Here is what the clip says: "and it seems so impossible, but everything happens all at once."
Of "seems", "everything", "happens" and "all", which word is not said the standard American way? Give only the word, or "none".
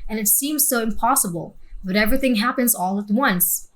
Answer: none